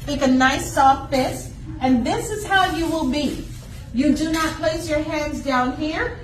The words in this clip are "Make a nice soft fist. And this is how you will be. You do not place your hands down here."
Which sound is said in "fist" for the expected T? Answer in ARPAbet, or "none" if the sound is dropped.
none